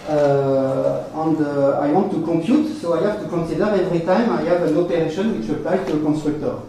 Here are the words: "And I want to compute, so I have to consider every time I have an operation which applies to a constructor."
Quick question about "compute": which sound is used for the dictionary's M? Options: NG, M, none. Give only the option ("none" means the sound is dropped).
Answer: M